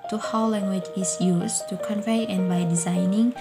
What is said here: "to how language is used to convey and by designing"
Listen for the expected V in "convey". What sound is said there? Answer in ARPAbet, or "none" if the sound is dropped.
V